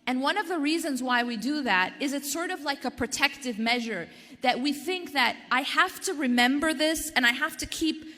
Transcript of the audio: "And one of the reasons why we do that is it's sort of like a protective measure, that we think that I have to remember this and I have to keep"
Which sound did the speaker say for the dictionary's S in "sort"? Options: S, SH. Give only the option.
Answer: S